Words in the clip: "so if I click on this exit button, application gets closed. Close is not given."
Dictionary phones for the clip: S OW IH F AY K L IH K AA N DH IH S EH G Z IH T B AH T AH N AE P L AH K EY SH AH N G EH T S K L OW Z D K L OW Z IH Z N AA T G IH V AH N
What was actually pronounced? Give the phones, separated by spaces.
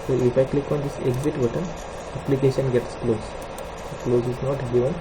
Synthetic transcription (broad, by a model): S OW IH F AY K L IH K AA N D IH S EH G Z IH T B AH T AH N AE P L AH K EY SH AH N G EH T S K L OW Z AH K L OW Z IH Z N AA T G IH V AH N